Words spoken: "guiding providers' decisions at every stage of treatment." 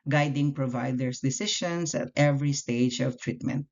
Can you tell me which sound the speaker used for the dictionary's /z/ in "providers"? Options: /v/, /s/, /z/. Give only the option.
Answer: /s/